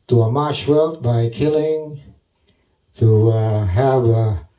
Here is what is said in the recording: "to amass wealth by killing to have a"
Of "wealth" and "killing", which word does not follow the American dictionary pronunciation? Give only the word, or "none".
wealth